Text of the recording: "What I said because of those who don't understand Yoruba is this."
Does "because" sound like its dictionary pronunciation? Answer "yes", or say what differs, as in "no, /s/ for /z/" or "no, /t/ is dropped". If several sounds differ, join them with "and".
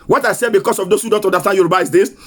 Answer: no, /s/ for /z/